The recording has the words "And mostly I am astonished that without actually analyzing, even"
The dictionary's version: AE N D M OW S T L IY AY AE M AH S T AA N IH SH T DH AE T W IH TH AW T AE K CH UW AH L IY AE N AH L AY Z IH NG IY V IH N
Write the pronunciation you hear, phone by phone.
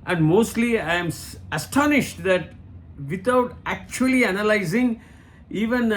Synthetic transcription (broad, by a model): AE N D M OW S T L IY AY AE M AH S T AA N IH SH T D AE T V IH T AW T AE K CH UW AH L IY AE N AH L AY Z IH NG IY V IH N